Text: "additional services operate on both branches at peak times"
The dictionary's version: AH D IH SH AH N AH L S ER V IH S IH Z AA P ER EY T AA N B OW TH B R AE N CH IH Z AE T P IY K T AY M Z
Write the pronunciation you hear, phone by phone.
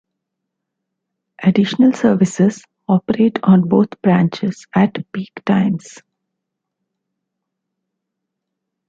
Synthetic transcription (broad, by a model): AH D IH SH AH N AH L S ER V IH S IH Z AA P ER EY T AA N B OW T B R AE N CH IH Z AE T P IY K T AY M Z